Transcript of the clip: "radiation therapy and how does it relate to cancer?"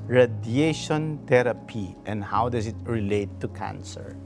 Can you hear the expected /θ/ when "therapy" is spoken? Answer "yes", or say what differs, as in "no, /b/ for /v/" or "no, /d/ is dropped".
no, /t/ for /θ/